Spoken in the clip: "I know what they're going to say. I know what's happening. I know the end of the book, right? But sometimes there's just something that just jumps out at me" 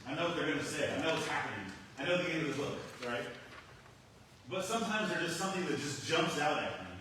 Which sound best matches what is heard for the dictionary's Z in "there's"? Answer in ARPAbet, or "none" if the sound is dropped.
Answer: none